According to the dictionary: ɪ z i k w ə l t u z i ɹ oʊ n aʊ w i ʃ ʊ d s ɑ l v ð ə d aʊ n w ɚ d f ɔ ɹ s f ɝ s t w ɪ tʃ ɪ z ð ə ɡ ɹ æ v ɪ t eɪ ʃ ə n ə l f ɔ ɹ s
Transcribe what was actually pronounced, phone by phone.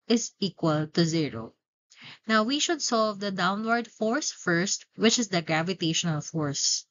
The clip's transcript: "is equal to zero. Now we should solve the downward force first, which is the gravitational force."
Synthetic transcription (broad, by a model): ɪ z i k w ə l t u z i ɹ oʊ n aʊ w i ʃ ʊ d s ɑ l v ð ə d aʊ n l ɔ d f ɔ ɹ s f ɝ s t w ɪ tʃ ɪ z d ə ɡ ɹ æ v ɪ t eɪ ʃ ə n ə l f ɔ ɹ s